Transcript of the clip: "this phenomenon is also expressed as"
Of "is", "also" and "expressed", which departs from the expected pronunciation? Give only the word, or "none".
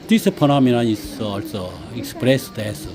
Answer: is